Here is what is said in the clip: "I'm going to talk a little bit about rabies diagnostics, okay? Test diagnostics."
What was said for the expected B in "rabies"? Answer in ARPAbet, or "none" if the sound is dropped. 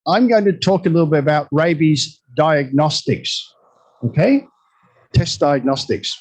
B